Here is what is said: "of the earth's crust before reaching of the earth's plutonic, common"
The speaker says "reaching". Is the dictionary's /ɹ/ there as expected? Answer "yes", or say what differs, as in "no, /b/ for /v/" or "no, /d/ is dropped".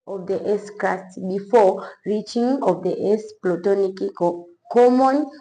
yes